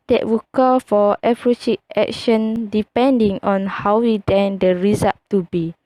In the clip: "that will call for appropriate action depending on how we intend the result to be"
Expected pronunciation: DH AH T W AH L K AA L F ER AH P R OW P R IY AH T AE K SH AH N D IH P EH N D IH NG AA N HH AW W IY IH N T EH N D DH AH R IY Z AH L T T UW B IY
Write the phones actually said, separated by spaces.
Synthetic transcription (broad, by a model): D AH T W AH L K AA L F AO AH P R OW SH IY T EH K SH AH N D IH P EH N D IH NG AA N HH AW W IY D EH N D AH R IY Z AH T T UW B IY